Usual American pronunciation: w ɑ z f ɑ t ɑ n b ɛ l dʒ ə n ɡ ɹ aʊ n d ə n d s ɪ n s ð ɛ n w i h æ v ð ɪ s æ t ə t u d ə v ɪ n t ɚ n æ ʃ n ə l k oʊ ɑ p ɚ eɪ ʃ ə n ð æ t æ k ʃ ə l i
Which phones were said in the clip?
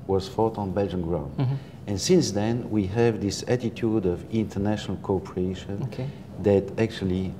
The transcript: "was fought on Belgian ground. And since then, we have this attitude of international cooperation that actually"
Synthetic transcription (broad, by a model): w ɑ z f ɑ t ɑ n b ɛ l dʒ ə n ɡ ɹ aʊ n d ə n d s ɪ n s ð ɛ n w i h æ v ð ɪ s æ t ə t u d ə v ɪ n t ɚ n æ ʃ n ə l k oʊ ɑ p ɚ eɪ ʃ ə n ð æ t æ k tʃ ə l i